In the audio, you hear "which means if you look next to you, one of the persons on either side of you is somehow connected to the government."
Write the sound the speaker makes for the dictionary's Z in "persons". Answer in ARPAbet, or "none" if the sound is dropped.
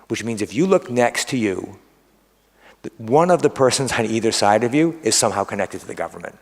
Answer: Z